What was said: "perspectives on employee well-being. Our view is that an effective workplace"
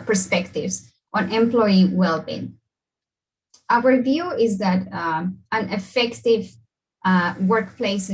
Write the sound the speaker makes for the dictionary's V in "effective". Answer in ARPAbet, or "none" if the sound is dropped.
V